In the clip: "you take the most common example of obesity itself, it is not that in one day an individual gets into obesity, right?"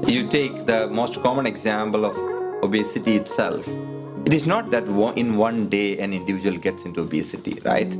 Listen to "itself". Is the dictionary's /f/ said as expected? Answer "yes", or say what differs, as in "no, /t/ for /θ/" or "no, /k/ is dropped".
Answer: yes